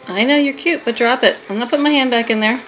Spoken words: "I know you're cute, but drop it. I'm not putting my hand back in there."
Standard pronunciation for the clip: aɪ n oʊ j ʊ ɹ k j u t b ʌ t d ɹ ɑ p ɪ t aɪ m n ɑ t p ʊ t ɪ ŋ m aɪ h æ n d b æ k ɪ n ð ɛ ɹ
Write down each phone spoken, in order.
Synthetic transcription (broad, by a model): aɪ n oʊ j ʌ ɹ k j u t b ʌ t d ɹ ɑ p ɪ t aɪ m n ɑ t p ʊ t m aɪ h æ n d b æ k ɪ n ð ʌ ɹ